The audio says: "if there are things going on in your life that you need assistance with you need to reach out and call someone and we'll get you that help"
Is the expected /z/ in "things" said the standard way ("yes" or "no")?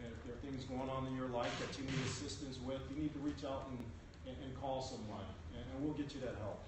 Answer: yes